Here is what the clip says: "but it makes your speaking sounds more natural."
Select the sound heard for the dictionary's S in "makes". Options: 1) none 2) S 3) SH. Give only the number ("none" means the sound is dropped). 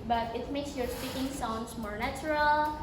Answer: 2